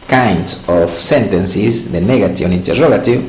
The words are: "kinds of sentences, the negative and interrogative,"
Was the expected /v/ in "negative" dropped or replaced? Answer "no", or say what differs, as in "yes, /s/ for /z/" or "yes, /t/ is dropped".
yes, /v/ is dropped